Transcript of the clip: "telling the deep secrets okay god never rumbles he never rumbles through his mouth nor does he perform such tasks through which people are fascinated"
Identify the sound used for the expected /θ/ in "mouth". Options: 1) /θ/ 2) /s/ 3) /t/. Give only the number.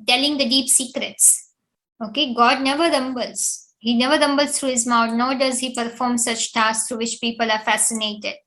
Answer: 3